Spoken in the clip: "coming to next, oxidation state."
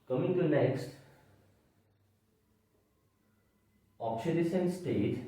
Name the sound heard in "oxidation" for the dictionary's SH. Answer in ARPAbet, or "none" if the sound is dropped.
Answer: S